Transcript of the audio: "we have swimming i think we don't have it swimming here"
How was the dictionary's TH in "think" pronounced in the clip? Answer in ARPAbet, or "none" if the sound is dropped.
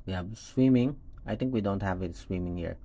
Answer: T